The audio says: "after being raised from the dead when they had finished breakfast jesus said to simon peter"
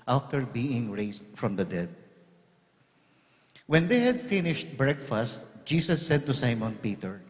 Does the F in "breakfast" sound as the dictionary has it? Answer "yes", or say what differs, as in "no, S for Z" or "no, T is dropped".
yes